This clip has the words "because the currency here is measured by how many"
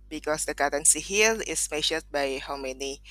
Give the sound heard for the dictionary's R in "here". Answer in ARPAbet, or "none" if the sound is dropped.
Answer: L